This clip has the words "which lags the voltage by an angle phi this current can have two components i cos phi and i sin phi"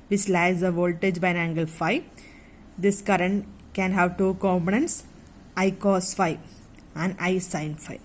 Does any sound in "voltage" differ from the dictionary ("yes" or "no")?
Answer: no